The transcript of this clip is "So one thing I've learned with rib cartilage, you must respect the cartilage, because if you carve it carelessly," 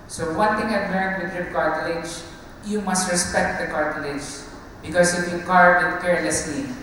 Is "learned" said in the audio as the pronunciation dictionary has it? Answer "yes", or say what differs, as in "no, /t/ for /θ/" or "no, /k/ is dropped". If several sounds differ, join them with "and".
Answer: no, /n/ is dropped